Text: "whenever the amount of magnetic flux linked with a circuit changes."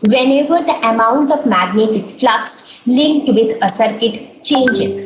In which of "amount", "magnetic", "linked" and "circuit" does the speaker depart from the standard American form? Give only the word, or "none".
none